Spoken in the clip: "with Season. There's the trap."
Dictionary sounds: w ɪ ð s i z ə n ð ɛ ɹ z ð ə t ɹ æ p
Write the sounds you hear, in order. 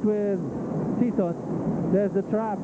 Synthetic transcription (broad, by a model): w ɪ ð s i s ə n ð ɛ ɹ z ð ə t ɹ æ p